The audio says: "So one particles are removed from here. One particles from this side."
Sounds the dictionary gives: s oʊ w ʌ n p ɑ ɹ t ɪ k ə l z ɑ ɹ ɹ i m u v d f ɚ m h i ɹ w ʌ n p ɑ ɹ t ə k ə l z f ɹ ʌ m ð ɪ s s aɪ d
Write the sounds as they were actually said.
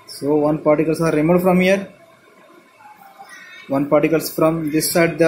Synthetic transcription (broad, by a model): s oʊ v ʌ n p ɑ ɹ t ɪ k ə l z ɑ ɹ ɹ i m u f d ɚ m h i ɹ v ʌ n p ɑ ɹ t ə k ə l s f ɹ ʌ m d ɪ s s aɪ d